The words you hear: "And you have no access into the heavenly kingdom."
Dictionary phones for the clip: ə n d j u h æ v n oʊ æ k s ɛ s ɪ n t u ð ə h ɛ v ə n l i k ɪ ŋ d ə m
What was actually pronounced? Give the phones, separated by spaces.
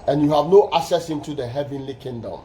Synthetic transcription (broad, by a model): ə n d j u h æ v n oʊ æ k s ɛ s ɪ n t u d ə h ɛ v ə n l i k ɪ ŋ d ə m